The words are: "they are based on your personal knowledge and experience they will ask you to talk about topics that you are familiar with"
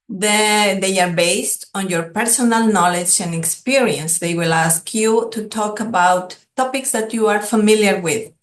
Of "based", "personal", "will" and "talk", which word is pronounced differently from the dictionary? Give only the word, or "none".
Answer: none